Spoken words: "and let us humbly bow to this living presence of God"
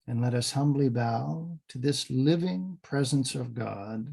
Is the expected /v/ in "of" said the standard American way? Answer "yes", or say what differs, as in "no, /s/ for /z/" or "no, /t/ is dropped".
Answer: yes